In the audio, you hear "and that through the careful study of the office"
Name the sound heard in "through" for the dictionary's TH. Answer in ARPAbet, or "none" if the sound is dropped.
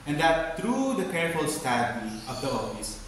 T